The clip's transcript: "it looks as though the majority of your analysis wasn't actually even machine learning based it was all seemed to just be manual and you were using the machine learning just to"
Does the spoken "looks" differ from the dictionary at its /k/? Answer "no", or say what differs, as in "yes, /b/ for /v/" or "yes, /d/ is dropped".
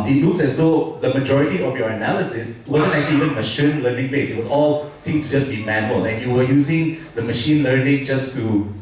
yes, /k/ is dropped